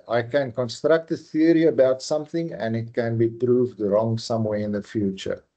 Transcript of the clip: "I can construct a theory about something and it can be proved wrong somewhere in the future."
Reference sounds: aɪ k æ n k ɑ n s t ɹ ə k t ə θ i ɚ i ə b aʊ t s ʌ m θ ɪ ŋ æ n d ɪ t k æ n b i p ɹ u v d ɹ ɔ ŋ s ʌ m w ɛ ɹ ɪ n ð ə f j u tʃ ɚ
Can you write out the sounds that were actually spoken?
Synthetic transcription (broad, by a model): aɪ k æ n k ɑ n s t ɹ ə k t ə θ i ɚ i ə b aʊ t s ʌ m θ ɪ ŋ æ n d ɪ t k æ n b i p ɹ u v d ɹ ɔ ŋ s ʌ m w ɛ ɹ ɪ n ð ə f j u tʃ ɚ